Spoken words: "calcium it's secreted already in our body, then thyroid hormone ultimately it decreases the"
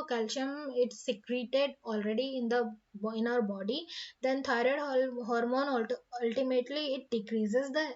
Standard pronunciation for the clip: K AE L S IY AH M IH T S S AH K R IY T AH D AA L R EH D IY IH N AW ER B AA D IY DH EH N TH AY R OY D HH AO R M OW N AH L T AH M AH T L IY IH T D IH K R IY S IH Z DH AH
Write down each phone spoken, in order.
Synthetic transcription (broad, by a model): K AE L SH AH M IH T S S AH K R IY T AH D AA L R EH D IY IH N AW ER B AA D IY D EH N T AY R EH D HH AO R M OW N AH L T AH M AH T L IY IH T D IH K R IY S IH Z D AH